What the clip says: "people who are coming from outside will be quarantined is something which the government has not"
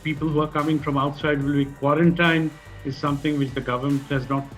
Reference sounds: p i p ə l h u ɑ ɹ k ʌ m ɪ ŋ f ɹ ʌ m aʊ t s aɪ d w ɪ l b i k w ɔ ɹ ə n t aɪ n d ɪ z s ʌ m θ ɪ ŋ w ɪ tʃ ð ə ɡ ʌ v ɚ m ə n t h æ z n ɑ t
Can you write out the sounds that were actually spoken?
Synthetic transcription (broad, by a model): p i p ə l h u ɑ ɹ k ʌ m ɪ ŋ f ɹ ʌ m aʊ t s aɪ d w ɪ l b i k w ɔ ɹ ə n t aɪ n ɪ z s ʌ m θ ɪ ŋ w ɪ tʃ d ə ɡ ʌ v ɚ m ə n t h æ z n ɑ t